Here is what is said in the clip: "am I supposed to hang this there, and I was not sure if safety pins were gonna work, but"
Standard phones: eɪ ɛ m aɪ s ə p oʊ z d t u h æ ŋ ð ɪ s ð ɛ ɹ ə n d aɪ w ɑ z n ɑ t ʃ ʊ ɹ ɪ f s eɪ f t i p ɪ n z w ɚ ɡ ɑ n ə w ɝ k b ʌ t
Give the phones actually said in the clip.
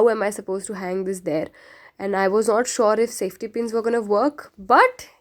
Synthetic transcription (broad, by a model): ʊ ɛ m aɪ s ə p oʊ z t u h æ ŋ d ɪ s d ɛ ɹ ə n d aɪ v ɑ z n ɑ t ʃ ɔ ɹ ɪ f s eɪ f t i p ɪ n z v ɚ ɡ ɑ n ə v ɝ k b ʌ t